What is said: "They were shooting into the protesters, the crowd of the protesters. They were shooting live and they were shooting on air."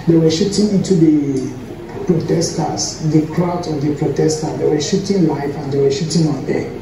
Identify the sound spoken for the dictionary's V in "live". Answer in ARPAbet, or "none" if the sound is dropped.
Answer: F